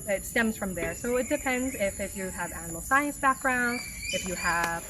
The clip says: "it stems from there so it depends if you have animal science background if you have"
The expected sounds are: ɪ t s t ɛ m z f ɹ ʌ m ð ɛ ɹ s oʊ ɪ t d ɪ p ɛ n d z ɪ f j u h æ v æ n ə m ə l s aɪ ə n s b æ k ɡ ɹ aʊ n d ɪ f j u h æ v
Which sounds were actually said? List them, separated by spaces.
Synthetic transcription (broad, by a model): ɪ t s t ɛ m z f ɹ ʌ m ð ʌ ɹ s oʊ ɪ t d ɪ p ɛ n d z ɪ f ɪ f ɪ v æ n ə m l s aɪ ə n s b æ k ɡ ɹ aʊ n d ɪ f j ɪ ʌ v